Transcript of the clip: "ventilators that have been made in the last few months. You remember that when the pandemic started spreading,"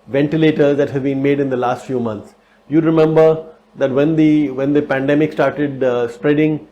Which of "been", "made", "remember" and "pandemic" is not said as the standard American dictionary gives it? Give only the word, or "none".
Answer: none